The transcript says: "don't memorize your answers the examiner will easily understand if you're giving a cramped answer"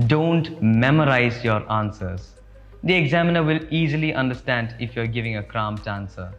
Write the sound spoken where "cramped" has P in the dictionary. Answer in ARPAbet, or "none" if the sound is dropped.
none